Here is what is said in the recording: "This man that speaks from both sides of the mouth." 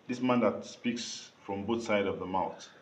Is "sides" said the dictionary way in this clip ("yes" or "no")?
no